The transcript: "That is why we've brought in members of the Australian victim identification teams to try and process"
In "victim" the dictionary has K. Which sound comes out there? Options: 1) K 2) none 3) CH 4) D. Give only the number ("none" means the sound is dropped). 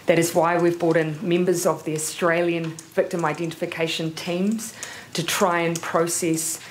1